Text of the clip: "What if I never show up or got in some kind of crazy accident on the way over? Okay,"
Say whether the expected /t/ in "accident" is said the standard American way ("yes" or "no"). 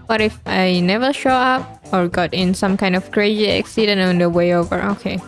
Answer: no